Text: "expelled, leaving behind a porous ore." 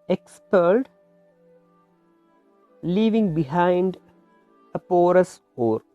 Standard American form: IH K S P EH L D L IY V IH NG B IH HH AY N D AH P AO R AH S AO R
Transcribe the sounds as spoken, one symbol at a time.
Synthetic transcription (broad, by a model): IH K S P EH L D L IY V IH NG B IH HH AY N D AH P AO R AH S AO R